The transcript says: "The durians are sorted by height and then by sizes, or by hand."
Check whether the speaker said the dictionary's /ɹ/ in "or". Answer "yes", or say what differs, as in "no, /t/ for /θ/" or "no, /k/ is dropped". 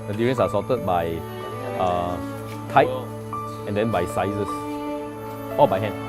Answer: no, /l/ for /ɹ/